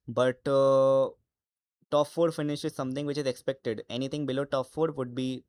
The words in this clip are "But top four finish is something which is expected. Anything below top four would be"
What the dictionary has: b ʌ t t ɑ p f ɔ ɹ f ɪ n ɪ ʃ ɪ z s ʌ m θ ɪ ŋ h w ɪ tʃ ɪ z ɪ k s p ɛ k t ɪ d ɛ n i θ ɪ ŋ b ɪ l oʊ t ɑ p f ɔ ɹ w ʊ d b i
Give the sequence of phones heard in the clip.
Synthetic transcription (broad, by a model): b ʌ t t ɑ p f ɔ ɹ f ɪ n ɪ ʃ ɪ z s ʌ m t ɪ ŋ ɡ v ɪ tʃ ɪ z ɪ k s p ɛ k t ɪ d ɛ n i t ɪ ŋ b ɪ l oʊ t ɑ p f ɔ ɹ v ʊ d b i